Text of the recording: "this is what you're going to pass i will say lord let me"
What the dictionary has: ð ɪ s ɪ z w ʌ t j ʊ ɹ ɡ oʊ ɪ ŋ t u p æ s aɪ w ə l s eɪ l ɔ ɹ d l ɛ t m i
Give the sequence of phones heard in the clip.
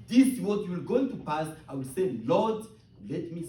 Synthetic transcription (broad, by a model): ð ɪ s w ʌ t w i l ɡ oʊ ɪ ŋ t u p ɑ s aɪ w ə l s eɪ l ɔ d l ɛ t m i